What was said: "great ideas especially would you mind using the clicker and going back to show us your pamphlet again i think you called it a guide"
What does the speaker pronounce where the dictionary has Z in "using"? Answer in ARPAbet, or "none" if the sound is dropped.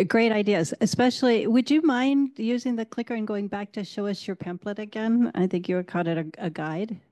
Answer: Z